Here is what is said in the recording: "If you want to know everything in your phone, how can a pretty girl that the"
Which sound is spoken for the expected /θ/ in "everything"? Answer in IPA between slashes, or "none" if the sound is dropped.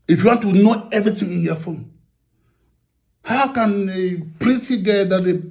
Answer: /t/